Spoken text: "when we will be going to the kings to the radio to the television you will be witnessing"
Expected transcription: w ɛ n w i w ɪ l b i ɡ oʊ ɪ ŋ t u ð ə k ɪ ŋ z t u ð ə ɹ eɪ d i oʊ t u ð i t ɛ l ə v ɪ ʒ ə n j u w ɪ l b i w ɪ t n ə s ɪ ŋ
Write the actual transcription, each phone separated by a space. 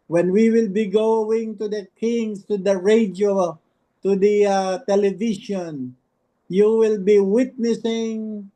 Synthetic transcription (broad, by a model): w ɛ n w i w ɪ l b i ɡ oʊ ɪ ŋ t u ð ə k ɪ ŋ s t u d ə ɹ eɪ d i oʊ t u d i t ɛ l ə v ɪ ʃ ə n j u w ɪ l b i w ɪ t n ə s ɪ ŋ